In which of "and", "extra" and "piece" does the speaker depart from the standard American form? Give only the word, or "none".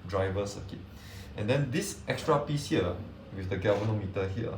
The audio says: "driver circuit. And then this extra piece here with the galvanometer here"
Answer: none